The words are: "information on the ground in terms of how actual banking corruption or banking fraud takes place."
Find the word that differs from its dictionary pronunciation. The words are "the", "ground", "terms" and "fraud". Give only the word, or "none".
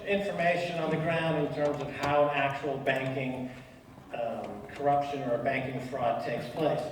none